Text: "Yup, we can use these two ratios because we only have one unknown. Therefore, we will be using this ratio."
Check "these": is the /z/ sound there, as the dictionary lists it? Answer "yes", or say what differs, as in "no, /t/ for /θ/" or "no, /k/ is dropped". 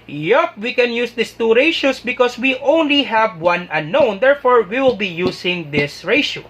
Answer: no, /s/ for /z/